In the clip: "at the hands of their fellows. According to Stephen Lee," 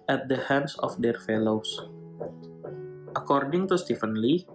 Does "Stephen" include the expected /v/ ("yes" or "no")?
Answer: no